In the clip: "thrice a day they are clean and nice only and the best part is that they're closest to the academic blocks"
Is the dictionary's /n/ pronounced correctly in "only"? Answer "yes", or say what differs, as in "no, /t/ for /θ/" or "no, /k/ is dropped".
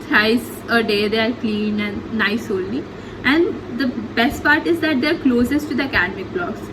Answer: no, /l/ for /n/